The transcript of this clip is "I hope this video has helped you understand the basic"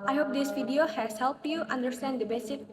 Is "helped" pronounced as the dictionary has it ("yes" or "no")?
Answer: yes